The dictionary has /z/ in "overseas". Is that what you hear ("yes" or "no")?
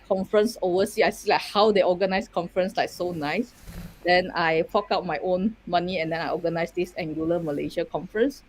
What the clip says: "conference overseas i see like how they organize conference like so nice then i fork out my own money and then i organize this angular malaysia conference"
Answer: no